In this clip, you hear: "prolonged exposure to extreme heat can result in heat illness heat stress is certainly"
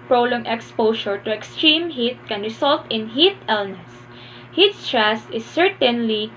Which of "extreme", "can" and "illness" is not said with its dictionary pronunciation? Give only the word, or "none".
none